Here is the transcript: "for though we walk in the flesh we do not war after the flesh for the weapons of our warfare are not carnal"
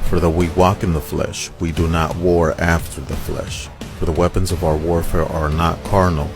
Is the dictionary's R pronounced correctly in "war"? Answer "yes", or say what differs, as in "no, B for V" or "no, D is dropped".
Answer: yes